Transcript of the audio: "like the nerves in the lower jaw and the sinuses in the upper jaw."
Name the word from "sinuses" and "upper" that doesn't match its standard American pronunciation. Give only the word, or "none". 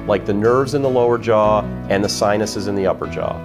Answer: none